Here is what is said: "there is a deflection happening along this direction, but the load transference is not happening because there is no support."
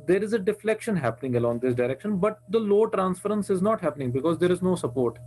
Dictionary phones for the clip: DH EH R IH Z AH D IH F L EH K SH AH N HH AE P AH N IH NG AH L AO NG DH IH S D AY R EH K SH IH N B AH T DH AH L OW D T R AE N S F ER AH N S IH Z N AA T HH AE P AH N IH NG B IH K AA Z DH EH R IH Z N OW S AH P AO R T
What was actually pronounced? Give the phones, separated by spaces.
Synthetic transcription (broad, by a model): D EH R IH Z AH D IH F L EH K SH AH N HH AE P AH N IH NG AH L AO NG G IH S D AY R EH K SH IH N B AH T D AH L OW T R AE N S F ER AH N S IH Z N AA T HH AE P AH N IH NG B IH K AA Z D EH R IH Z N OW S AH P AO R T